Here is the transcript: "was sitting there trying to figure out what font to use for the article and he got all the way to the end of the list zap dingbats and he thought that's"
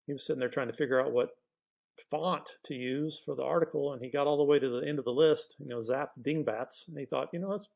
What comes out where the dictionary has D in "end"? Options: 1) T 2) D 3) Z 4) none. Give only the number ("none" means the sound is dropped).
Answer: 2